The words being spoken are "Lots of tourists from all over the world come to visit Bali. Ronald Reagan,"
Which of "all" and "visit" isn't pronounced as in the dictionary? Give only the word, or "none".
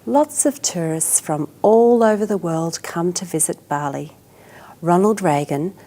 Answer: none